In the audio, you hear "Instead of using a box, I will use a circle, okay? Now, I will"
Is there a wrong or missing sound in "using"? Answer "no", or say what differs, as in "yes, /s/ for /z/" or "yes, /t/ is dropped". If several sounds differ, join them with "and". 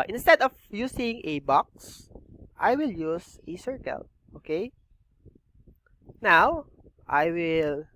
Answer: yes, /s/ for /z/